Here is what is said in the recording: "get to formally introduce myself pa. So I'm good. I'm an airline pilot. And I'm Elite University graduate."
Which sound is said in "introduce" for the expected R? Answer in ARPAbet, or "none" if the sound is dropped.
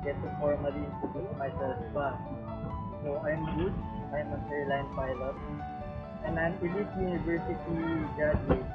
none